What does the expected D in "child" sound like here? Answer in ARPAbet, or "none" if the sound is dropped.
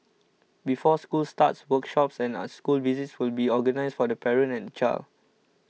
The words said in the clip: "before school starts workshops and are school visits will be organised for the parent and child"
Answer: none